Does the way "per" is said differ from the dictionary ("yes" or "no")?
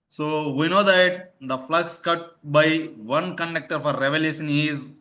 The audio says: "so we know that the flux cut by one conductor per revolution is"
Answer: yes